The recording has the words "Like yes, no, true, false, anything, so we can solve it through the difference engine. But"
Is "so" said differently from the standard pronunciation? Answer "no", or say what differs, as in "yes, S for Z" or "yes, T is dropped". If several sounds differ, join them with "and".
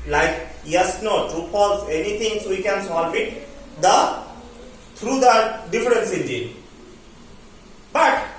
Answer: no